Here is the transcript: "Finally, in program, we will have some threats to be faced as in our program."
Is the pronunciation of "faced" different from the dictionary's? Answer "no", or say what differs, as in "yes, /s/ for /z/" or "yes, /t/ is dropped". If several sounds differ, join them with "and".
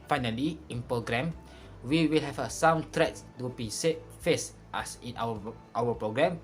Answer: no